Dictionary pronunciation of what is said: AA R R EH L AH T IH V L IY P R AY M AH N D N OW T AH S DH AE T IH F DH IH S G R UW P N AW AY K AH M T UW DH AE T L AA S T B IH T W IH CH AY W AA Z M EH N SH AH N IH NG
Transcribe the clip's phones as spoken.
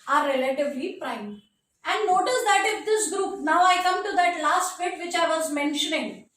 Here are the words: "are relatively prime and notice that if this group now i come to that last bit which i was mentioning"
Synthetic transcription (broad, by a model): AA R R EH L AH T IH V L IY P R AY M AH N D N OW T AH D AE T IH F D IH S G R UW P N AW AY K AH M T UW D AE T L AA S T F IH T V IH CH AY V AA Z M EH N SH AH N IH NG